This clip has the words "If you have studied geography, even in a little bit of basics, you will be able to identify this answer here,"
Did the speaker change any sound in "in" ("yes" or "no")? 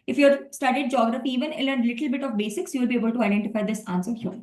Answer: yes